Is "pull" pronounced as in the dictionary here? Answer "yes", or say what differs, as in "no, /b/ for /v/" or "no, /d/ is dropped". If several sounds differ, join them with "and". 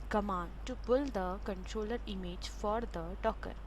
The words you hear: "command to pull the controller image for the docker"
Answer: no, /b/ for /p/